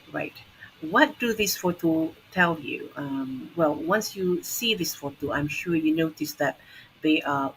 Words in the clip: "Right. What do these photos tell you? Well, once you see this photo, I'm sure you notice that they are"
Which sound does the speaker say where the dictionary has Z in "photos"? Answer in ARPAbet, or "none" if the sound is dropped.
none